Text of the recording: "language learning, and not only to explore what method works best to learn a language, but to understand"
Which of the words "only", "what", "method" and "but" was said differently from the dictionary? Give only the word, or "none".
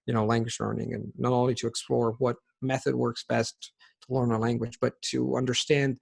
none